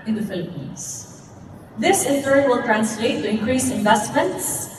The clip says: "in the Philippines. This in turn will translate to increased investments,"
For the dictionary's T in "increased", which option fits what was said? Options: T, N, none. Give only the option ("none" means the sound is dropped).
none